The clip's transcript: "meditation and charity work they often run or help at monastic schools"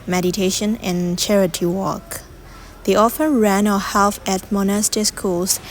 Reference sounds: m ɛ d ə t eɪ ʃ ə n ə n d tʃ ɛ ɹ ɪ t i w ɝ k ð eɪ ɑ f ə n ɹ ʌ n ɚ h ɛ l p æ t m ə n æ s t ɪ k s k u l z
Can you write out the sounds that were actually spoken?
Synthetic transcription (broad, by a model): m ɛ d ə t eɪ ʃ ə n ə n tʃ ɛ ɹ ɪ t i w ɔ k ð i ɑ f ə ɹ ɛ n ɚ h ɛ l f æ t m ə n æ s t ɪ s k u l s